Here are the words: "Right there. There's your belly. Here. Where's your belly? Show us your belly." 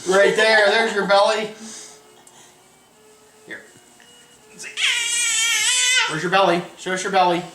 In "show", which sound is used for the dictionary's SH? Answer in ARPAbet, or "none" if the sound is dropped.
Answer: S